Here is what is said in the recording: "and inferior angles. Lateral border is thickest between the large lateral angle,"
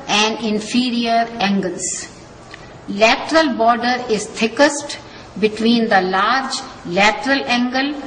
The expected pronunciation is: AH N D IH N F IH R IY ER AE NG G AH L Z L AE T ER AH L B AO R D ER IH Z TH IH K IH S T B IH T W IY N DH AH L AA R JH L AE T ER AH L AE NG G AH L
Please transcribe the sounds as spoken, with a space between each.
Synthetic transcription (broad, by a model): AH N D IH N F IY R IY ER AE NG G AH L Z L AE T ER AH L B AO R D ER IH Z T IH K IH S T B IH T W IY N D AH L AA R JH L AE T ER AH L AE NG G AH L